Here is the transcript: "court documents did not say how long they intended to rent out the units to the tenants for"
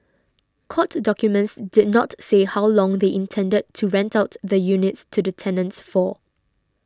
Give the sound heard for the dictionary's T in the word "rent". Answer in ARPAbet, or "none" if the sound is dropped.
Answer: T